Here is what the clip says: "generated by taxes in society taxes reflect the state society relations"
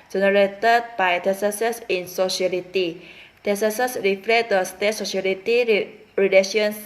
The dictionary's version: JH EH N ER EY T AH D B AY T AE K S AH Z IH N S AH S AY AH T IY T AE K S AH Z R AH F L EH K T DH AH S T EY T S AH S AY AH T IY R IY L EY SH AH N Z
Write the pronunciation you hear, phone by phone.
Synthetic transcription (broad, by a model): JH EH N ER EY T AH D B AY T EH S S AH S IH N S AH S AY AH T IY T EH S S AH S R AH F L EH T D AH S T EY T S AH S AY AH T IY R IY L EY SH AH N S